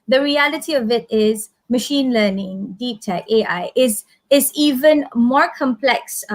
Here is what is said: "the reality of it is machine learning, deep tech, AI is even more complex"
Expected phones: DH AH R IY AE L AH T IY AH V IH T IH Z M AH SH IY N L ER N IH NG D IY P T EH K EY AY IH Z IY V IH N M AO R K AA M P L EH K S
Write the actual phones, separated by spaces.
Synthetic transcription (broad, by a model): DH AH R IY AE L AH T IY AH V IH T IH Z M AH SH IY N L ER N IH NG D IY P T EH K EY AY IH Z IY V IH N M AO R K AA M P L EH K S